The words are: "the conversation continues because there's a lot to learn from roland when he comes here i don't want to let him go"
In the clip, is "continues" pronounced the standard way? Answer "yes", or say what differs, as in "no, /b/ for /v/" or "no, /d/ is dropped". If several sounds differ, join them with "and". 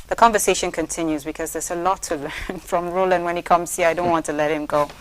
yes